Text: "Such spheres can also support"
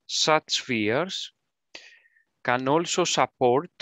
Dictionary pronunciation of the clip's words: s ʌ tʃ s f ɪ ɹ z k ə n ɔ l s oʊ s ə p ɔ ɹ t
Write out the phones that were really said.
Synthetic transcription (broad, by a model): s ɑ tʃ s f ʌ ɹ s k ə n ɔ l s oʊ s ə p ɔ ɹ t